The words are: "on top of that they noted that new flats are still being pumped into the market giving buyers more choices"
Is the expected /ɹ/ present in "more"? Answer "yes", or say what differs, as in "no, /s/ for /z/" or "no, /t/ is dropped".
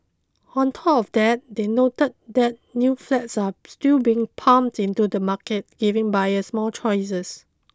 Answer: no, /l/ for /ɹ/